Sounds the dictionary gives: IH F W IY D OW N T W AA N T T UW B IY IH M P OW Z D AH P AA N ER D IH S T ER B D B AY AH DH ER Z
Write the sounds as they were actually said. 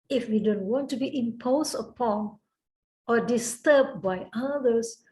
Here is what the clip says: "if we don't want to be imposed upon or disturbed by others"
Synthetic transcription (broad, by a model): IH F W IY D OW N T W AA N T T UW B IY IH M P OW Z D AH P AA N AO D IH S T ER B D B AY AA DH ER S